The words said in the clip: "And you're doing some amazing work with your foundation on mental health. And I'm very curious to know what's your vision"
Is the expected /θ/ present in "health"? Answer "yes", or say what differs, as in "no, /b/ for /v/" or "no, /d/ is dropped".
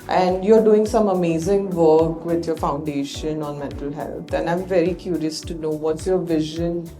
no, /t/ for /θ/